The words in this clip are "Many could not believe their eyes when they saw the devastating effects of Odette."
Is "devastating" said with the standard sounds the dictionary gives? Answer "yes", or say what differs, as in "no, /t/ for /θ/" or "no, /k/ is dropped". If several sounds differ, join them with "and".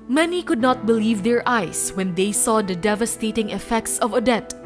yes